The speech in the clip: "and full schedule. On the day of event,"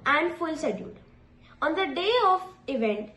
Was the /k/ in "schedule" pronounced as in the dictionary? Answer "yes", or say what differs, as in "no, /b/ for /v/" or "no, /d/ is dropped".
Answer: no, /k/ is dropped